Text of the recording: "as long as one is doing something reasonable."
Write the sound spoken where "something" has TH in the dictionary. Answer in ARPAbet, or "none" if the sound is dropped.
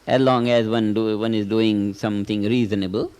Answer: T